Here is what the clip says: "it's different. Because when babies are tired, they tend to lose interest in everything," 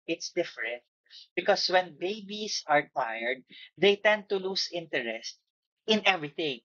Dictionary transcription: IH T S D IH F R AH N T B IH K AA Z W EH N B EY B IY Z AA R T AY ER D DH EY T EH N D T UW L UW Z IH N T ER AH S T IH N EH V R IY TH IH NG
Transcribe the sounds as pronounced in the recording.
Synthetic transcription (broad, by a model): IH T S D IH F R AH N T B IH K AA S W EH N B EY B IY S AA R T AY ER D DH EY T EH N D T UW L UW S IH N T ER AH S T IH N EH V R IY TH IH NG